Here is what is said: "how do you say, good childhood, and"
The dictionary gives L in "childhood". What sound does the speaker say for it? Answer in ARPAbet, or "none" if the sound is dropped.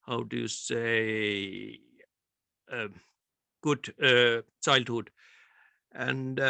L